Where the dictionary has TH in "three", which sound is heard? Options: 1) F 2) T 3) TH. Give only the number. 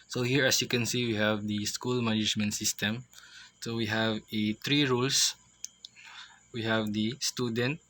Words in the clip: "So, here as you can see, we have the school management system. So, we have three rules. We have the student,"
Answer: 2